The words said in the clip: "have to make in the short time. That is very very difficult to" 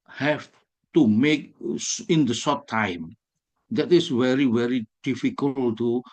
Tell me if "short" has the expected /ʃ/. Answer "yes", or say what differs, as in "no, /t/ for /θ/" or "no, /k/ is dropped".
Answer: no, /s/ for /ʃ/